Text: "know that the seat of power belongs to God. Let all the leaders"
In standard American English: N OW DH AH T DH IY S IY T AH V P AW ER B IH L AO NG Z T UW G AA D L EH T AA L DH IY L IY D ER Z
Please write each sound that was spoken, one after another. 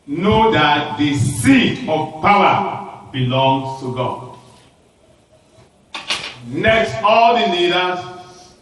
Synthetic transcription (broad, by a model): N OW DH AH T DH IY S IY T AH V P AW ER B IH L AO NG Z T UW G AA D N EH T AA L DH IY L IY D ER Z